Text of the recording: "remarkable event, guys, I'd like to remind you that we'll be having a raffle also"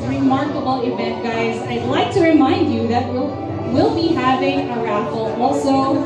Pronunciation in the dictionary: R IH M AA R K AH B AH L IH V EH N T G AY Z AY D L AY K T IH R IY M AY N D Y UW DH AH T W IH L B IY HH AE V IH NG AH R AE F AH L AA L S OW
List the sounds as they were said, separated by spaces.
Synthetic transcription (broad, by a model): R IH M AA R K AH B L IH V EH N T G AY Z AY D L AY K T IH R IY M AY N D Y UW DH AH T W IH L B IY HH AE V IH NG AH R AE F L AA L S OW